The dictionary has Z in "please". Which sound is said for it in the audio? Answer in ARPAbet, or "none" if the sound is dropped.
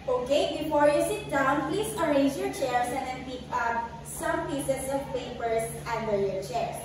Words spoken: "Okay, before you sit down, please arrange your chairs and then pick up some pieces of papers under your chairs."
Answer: S